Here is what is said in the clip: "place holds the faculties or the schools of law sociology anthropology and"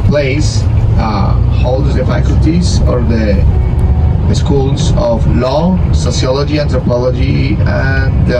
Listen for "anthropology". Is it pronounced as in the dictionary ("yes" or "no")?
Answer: no